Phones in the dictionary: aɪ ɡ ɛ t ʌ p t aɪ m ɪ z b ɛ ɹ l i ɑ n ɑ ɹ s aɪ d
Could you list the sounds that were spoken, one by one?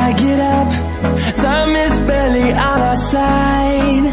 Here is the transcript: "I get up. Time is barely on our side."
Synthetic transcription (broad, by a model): aɪ ɡ ɛ t ʌ p s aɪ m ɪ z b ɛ l i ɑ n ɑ s aɪ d